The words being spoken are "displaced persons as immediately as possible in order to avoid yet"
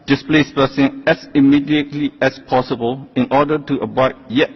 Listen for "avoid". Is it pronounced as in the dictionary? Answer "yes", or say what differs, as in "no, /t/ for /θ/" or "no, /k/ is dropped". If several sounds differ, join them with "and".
no, /b/ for /v/